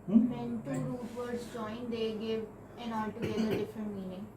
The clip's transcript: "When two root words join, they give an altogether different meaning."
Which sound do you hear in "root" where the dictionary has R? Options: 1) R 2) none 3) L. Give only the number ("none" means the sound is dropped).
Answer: 3